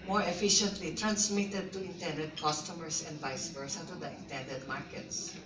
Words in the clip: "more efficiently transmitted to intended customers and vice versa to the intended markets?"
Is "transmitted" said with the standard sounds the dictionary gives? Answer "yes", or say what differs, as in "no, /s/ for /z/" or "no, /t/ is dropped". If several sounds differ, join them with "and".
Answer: yes